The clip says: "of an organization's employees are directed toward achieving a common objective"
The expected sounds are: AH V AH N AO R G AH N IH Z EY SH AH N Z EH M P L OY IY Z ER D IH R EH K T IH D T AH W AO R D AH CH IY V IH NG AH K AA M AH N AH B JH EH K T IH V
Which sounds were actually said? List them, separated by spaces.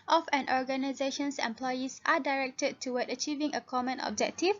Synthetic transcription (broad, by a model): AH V AH N AO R G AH N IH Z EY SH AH N S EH M P L OY IY S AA D IH R EH K T IH D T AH W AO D AH CH IY V IH NG AH K AA M AH N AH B JH EH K T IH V